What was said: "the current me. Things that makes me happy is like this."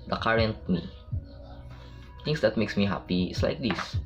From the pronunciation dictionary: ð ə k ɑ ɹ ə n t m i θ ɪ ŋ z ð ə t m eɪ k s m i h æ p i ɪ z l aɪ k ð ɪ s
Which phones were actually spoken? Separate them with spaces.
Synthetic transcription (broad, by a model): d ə k ɑ ɹ ə n t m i t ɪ ŋ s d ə t m eɪ k s m i h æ p i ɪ s l aɪ k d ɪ s